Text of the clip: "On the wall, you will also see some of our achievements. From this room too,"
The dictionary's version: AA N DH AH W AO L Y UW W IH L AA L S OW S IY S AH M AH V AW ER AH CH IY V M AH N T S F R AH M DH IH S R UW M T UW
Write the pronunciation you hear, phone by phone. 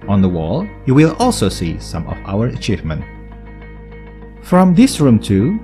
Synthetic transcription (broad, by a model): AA N DH AH W AO L Y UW W IH L AA L S OW S IY S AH M AH V AW ER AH CH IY V M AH N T F R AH M DH IH S R UW M T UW